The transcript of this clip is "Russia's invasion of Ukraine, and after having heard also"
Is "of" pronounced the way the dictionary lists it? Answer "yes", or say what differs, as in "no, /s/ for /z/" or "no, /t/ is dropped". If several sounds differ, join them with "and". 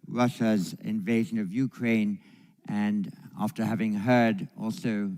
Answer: yes